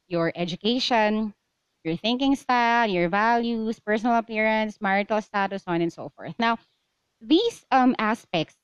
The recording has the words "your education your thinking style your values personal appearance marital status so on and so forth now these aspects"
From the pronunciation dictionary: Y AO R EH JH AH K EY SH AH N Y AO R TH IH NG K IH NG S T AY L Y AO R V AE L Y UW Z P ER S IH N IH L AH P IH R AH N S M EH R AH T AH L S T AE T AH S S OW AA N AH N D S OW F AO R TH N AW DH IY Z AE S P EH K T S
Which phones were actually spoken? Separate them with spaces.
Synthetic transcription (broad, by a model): Y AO R EH JH AH K EY SH AH N Y AO R TH IH NG K IH NG S T AY L Y AO R V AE L Y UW S P ER S IH N IH L AH P IH R AH N S M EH R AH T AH L S T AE T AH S S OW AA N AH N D S OW F AO R TH N AW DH IY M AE S P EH K T S